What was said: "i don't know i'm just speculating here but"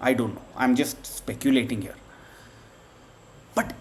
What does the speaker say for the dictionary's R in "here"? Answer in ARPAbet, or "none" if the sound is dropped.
R